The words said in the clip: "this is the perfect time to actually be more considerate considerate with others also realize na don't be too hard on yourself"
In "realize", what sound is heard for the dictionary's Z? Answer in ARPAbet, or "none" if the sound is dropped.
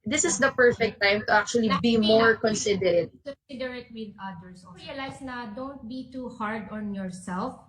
S